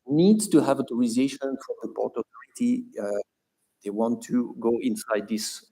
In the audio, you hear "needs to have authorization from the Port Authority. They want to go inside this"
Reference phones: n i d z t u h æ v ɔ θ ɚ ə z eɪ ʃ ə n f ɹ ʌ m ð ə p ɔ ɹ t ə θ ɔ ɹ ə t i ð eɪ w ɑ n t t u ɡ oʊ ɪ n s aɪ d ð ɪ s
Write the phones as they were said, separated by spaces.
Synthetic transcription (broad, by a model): n i d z t u h æ v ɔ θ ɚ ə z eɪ ʃ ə n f ɹ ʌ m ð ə p ɔ ɹ t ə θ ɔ ɹ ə t i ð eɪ w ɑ n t t u ɡ oʊ ɪ n s aɪ d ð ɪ s